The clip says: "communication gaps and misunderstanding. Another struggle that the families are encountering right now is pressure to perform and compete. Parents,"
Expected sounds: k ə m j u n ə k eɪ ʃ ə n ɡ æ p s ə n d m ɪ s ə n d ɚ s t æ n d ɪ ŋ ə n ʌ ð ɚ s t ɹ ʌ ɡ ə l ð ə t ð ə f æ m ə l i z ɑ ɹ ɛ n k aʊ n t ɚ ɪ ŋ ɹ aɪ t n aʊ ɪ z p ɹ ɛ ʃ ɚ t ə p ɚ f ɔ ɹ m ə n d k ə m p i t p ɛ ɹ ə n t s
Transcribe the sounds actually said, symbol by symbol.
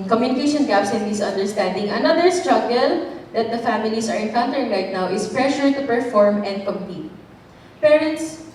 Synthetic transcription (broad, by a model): k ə m j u n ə k eɪ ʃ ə n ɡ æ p s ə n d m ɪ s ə n d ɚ s t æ n d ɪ ŋ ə n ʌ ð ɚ s t ɹ ʌ ɡ ə l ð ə t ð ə f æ m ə l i s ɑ ɹ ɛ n k aʊ n t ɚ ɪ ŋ ɹ aɪ t n aʊ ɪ s p ɹ ɛ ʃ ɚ t ə p ɚ f ɔ ɹ m ə n d k ə m p i t p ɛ ɹ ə n t s